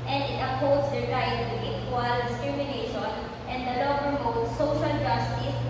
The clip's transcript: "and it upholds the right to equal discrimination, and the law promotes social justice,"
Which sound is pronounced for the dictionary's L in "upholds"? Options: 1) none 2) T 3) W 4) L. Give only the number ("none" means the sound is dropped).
1